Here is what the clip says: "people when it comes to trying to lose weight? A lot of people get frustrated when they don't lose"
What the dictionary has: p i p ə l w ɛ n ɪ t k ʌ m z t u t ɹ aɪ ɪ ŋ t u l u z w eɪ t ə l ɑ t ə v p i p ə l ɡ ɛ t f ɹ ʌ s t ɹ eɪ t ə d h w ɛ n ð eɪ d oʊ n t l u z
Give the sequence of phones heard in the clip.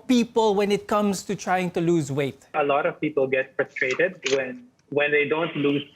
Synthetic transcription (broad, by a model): p i p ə l w ɛ n ɪ t k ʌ m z t u t ɹ aɪ ɪ ŋ t u l u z w eɪ t ə l ɑ t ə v p i p ə l ɡ ɛ t f ɹ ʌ s t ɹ eɪ t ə d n w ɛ n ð eɪ d oʊ n t l u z